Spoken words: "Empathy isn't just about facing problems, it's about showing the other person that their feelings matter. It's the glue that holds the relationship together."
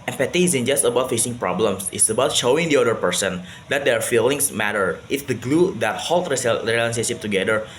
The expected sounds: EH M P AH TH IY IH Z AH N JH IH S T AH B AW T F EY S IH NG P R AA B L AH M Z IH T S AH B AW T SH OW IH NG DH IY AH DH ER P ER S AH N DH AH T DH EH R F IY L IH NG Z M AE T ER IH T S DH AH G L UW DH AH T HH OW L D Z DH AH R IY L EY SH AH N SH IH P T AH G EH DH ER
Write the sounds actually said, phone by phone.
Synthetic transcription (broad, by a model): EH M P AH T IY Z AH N JH IH S T AH B AW T F EY S IH NG P R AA B L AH M S IH T S AH B AW T SH OW IH NG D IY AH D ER P ER S AH N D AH T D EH R F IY L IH NG S M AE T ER IH T S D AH G L UW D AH T HH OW L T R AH L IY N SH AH SH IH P T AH G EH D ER